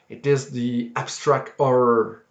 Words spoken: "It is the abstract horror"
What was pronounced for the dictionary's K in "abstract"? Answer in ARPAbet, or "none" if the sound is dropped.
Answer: K